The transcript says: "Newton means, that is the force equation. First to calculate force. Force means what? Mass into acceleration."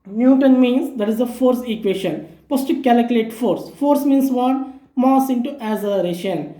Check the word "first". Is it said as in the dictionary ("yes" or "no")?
no